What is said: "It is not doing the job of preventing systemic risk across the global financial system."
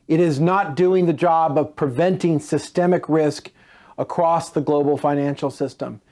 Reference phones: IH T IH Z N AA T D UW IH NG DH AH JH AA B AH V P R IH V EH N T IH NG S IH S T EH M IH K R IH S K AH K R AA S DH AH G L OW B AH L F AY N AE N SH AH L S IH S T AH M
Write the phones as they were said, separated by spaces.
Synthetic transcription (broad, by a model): IH T IH Z N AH T D UW IH NG DH AH JH AA B AH V P R IH V EH N T IH NG S IH S T EH M IH K R IH S K AH K R AA S DH AH G L OW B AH L F AY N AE N SH L S IH S T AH M